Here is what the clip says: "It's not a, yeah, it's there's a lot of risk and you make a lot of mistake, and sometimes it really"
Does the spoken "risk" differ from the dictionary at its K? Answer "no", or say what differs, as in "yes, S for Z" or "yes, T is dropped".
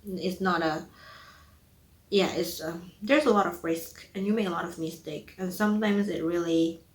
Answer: no